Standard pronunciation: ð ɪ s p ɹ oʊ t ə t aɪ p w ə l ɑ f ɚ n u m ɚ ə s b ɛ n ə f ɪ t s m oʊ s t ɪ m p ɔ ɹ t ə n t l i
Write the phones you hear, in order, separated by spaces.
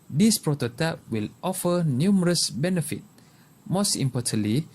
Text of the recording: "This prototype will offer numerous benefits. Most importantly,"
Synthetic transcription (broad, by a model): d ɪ s p ɹ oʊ t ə t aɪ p w ə l ɑ f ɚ n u m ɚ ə s b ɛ n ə f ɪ t m oʊ s t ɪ m p ɔ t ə n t l i